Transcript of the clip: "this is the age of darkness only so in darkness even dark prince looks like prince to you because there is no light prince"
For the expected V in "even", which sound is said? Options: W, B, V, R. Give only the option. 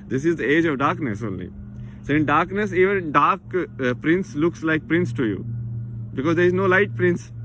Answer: V